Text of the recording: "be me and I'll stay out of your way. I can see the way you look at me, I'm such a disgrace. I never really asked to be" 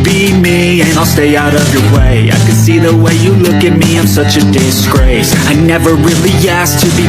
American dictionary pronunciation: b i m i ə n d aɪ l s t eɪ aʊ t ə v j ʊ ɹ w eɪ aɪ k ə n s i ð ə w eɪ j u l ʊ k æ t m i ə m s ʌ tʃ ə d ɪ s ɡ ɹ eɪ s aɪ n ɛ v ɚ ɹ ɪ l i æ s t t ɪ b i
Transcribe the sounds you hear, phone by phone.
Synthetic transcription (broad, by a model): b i m i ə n aɪ l s t eɪ aʊ t ə v j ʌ ɹ w eɪ aɪ k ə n s i ð ə w eɪ j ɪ l ʊ k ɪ t m i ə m s ʌ tʃ ə d ɪ s ɡ ɹ eɪ s aɪ n ɛ v ɚ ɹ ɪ l i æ s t t ɪ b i